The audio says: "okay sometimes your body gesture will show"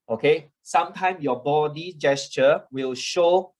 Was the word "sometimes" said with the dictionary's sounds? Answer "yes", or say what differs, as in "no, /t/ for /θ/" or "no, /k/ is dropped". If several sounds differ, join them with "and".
no, /z/ is dropped